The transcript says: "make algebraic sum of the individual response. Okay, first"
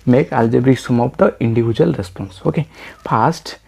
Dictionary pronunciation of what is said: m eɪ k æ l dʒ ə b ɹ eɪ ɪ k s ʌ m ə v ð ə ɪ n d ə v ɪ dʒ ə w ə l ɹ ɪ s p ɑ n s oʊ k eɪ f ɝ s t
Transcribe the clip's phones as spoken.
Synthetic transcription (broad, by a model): m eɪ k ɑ l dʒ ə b ɹ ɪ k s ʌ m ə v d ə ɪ n d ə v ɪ dʒ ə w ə l ɹ ɪ s p ɑ n s oʊ k eɪ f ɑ s t